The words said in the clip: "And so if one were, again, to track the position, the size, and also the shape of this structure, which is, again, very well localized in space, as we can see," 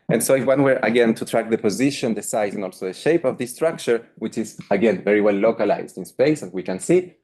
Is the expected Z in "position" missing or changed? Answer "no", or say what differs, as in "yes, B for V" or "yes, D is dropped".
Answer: no